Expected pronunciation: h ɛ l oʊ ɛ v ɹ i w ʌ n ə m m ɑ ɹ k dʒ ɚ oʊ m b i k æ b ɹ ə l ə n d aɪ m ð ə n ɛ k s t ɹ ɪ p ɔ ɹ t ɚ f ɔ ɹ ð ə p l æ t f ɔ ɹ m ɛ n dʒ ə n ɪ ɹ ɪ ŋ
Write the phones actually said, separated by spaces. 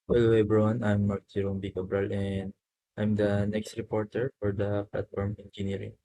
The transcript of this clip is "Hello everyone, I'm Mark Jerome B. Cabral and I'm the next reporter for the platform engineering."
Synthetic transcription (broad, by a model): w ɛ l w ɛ b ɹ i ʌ n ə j m ɑ ɹ k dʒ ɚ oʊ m b i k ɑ b ɹ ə l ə n d aɪ m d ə n ɛ k s t ɹ ɪ p ɔ ɹ t ɚ f ɔ ɹ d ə p l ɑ t f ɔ ɹ m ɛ n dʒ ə n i ɹ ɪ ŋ